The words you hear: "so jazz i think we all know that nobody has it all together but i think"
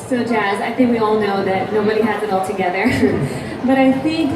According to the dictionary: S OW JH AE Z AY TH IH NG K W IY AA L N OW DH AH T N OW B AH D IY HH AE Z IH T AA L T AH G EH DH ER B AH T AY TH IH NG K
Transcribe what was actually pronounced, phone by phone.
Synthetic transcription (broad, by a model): S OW JH AE Z AY TH IH NG K W IY AA L N OW DH AH T N OW B AH D IY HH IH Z IH T AA L T AH G EH DH ER B AH T AY TH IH NG K